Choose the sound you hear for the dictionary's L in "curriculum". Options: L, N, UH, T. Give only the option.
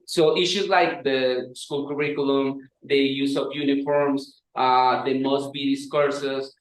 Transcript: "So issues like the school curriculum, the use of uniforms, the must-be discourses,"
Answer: L